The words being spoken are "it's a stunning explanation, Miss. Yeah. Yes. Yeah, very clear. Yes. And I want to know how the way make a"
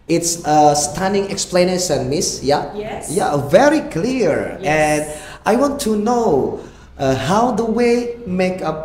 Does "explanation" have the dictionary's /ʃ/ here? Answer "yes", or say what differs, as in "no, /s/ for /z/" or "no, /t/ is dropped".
no, /s/ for /ʃ/